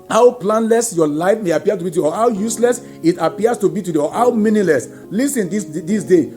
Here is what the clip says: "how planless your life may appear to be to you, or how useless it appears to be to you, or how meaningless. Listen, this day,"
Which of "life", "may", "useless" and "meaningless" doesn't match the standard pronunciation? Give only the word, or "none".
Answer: meaningless